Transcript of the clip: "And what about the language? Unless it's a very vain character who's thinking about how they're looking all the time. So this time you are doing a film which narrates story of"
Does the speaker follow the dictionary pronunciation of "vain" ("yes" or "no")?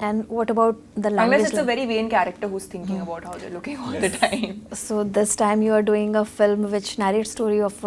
yes